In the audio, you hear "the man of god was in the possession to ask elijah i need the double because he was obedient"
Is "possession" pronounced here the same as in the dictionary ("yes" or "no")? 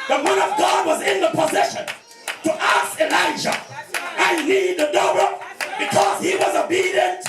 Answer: yes